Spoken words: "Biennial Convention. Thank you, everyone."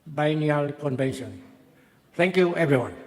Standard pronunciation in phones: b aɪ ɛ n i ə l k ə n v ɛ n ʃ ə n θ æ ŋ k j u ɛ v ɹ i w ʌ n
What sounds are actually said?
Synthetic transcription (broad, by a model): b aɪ n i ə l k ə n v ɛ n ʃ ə n t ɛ ŋ k j u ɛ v ɹ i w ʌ n